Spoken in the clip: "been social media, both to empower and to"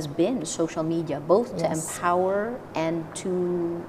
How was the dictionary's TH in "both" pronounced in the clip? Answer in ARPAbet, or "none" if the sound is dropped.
TH